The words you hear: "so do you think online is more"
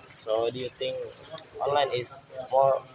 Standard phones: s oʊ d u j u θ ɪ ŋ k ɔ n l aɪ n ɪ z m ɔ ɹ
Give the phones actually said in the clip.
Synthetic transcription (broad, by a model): s oʊ d u j u t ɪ ŋ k ɔ n l aɪ n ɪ s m ɔ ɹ